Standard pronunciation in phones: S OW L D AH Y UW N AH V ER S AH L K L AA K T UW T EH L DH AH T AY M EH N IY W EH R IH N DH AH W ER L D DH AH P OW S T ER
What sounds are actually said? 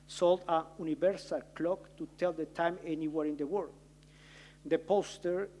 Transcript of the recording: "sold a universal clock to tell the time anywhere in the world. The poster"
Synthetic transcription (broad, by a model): S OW L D AH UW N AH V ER S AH L K L AA K T UW T EH L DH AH T AY M EH N IY W EH R IH N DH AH W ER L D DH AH P OW S T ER